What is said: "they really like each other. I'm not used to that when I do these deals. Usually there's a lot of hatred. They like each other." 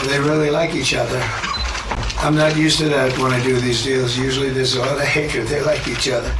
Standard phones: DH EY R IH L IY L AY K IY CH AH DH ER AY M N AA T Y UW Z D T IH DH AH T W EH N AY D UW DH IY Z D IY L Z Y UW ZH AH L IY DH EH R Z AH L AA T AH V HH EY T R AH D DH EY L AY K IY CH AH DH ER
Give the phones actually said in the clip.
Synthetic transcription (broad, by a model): DH EY R IH L IY L AY K IY CH AH DH ER AY M N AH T Y UW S T IH DH AH T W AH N AY D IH DH IY Z D IY L Z Y UW ZH L IY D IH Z AH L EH AH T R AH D DH EY L AY K IY CH AH DH ER